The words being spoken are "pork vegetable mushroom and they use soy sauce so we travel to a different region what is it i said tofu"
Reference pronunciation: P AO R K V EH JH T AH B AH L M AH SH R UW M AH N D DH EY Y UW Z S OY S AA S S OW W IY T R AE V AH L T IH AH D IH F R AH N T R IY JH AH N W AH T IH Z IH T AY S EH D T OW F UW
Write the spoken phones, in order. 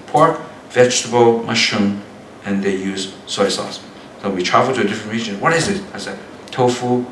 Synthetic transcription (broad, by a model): P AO R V EH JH T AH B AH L M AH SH UW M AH N DH EY Y UW Z S OY S AA S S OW W IY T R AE V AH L T IH AH D IH F R AH N T R IY JH AH N W AH T IH Z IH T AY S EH T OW F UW